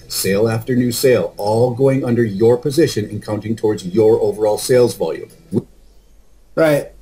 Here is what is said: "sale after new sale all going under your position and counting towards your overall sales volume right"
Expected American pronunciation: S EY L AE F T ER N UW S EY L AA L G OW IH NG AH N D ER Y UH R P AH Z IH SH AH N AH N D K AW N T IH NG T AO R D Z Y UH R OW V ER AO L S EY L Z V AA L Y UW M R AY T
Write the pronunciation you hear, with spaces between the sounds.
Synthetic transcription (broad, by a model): S EY L AE F T ER N UW S EY L AA L G OW IH NG AH N D ER Y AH R P AH Z IH SH AH N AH N K AW N T IH NG T AO R D Z Y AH R OW V ER AO L S EY L Z V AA L Y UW M R AY T